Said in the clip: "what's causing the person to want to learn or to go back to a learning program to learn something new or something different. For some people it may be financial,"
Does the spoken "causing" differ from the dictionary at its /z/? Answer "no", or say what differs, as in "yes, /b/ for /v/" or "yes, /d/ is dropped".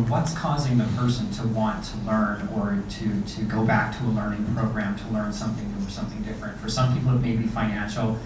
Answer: no